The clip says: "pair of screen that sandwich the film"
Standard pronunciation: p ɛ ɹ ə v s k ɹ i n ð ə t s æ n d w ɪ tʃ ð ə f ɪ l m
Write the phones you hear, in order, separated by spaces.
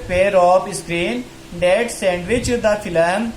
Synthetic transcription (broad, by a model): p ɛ ɹ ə p s k ɹ i n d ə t s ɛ n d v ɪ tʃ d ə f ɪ l m